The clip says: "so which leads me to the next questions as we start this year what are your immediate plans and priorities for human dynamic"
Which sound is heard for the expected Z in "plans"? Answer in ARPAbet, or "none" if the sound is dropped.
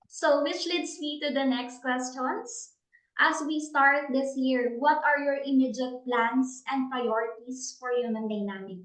S